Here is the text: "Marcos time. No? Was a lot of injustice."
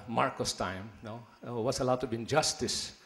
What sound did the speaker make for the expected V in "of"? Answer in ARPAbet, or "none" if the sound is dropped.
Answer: B